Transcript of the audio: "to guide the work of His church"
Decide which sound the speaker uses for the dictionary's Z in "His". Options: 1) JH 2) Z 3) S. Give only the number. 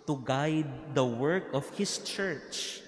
3